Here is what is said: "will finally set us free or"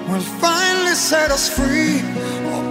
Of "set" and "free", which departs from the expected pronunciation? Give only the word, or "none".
none